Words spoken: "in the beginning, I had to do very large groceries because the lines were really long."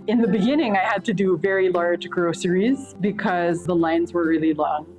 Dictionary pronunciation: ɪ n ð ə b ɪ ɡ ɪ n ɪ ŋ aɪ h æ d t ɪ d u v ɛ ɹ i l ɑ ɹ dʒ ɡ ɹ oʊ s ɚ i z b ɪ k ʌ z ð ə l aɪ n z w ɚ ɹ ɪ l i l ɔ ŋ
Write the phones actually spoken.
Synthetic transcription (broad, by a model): ɪ n ð ə b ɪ ɡ ɪ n ɪ ŋ aɪ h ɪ d t ɪ d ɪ v ɛ ɹ i l ɑ ɹ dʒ ɡ ɹ oʊ s ɚ i z b ɪ k ʌ z ð ə l aɪ n z w ɚ ɹ ɪ l i l ɔ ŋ